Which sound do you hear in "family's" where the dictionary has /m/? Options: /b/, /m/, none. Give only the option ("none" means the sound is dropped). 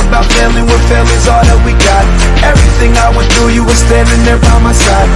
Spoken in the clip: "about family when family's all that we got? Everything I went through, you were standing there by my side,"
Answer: none